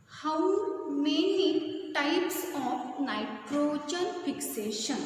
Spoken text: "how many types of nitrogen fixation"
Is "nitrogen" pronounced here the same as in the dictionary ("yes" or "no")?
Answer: no